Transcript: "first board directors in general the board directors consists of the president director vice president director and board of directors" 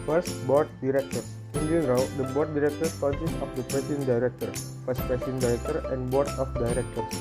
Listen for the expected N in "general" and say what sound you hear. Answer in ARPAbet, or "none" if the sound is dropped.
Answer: L